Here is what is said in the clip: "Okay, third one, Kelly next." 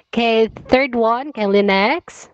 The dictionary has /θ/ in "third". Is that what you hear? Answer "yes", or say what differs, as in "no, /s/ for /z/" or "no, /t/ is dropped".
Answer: yes